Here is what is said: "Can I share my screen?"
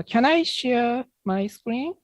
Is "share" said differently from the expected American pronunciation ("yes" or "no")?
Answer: no